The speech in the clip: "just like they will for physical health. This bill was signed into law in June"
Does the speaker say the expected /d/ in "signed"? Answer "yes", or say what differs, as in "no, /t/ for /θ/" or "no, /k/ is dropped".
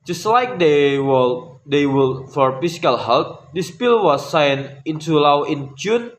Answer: no, /d/ is dropped